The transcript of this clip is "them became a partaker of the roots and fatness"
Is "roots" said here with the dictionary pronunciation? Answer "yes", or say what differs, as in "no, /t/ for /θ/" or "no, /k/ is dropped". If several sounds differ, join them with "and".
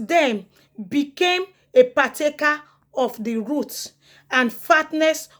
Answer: no, /s/ is dropped